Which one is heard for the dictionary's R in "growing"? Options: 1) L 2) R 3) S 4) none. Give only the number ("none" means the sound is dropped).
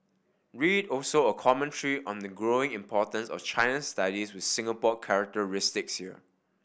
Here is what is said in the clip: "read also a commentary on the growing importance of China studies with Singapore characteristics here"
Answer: 2